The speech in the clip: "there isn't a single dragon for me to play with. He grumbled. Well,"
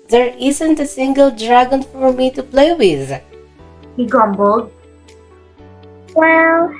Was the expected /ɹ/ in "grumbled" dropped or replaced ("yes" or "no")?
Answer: yes